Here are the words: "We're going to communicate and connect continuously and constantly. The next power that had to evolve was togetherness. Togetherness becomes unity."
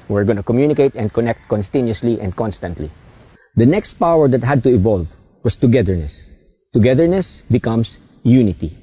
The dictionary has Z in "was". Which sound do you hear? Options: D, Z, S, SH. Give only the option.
S